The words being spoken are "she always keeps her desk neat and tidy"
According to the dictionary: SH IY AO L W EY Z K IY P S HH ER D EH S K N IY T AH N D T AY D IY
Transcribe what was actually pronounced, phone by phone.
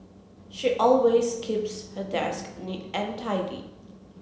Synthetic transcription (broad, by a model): SH IY AO L W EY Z K IY P S HH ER D EH S K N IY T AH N T AY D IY